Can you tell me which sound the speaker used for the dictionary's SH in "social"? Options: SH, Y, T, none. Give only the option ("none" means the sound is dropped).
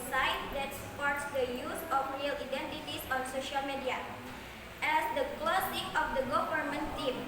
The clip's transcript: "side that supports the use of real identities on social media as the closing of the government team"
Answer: SH